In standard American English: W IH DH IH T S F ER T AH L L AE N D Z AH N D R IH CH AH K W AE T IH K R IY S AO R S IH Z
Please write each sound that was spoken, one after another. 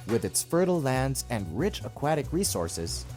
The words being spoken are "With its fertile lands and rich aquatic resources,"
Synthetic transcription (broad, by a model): W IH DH IH T S F ER T L L AE N D Z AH N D R IH CH AH K W AE T IH K R IY S AO R S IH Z